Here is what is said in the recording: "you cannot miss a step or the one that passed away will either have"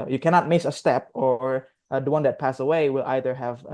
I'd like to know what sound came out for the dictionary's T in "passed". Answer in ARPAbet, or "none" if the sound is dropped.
none